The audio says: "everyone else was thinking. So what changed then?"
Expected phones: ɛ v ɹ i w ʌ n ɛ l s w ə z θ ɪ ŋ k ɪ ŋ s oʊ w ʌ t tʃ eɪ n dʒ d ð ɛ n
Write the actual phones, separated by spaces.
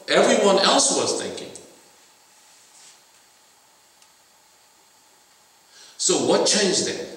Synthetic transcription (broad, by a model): ɛ v ɹ i w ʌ n ɛ l s w ə z θ ɪ ŋ k ɪ ŋ s oʊ w ʌ t tʃ eɪ n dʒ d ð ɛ